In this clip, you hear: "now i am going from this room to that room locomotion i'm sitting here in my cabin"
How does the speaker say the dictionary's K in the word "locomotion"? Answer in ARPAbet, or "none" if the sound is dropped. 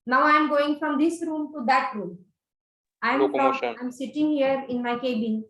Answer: none